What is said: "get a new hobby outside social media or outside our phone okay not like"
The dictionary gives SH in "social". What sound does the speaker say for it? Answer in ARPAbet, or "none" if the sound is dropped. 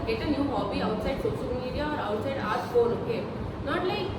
S